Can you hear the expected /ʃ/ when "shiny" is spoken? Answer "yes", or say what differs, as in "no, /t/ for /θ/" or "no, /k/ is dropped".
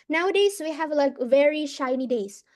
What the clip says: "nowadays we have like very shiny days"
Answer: yes